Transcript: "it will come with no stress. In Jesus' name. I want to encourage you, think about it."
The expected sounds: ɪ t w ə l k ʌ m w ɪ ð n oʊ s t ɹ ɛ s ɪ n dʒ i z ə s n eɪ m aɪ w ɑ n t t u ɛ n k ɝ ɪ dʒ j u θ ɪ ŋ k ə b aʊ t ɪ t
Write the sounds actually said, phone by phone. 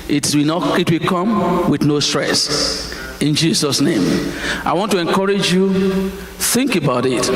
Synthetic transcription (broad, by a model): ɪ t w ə w k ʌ m w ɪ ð n oʊ s t ɹ ɛ s ɪ n dʒ i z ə s n eɪ m aɪ w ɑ n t t u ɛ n k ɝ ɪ dʒ j u θ ɪ ŋ k ə b aʊ t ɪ t